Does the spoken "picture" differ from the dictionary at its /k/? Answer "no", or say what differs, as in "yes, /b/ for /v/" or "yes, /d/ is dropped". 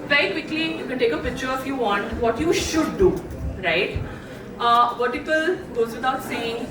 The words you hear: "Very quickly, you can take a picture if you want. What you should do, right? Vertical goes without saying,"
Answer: no